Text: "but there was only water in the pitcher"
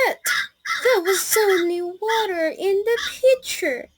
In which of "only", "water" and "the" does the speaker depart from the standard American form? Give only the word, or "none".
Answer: only